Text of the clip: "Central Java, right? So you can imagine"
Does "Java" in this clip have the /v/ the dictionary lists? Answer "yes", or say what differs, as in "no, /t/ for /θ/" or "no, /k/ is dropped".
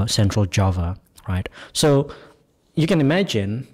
yes